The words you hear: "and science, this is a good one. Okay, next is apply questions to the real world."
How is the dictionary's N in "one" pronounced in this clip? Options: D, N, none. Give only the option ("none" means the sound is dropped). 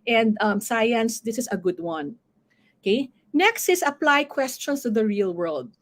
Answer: N